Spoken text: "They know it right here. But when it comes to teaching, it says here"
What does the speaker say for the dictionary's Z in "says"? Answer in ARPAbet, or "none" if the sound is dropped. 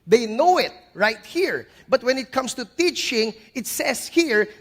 S